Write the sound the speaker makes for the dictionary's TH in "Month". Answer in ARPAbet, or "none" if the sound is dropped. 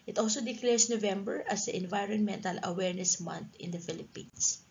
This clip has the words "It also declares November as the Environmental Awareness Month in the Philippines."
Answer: T